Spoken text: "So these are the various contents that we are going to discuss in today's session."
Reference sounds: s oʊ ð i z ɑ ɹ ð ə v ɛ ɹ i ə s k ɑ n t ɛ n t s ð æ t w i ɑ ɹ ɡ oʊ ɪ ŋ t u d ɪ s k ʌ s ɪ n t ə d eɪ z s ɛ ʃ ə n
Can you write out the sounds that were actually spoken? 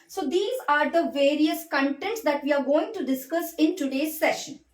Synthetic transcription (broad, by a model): s oʊ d i z ɑ ɹ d ə v ɛ ɹ i ə s k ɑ n t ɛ n t s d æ t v i ɑ ɹ ɡ oʊ ɪ ŋ t u d ɪ s k ʌ s ɪ n t ə d eɪ z s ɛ ʃ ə n